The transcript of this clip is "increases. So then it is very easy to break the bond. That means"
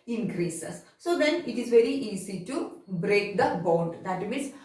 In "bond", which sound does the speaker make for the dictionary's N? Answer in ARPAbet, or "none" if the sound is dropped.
N